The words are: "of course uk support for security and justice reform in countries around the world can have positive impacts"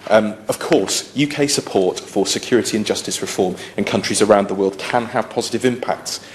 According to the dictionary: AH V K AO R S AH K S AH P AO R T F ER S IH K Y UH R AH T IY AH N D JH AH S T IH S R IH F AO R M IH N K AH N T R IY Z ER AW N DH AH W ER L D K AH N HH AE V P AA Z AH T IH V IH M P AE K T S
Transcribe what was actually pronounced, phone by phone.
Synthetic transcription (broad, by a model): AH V K AO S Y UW K S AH P AO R T F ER S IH K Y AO R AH T IY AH N JH AH S T IH S R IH F AO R M IH N K AH N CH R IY Z ER AW N DH AH W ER L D K AH N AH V P AA Z AH T IH V IH M P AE K T S